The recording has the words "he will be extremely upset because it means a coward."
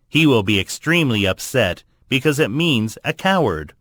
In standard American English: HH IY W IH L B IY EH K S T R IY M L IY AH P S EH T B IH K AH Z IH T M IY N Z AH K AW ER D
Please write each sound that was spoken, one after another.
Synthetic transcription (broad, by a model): HH IY W IH L B IY EH K S T R IY M L IY AH P S EH T B IH K AH Z IH T M IY N Z AH K AW ER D